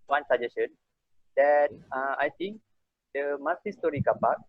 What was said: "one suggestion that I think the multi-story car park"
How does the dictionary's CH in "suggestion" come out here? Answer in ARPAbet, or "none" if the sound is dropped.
none